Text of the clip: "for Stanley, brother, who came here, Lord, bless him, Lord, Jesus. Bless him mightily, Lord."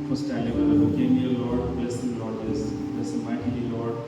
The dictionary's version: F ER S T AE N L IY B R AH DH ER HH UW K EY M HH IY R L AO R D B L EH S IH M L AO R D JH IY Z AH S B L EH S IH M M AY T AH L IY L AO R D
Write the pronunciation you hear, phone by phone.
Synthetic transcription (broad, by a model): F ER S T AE L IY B AH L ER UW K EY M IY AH L AO R D B L EH S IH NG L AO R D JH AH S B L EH S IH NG M AY T AH L IY L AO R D